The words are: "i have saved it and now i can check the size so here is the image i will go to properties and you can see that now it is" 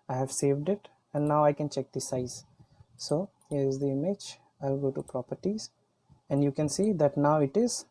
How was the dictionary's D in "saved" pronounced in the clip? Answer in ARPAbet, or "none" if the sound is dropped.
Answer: D